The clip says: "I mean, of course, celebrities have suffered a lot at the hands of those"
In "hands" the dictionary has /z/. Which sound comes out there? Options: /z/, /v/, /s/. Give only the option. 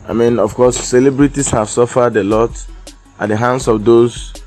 /s/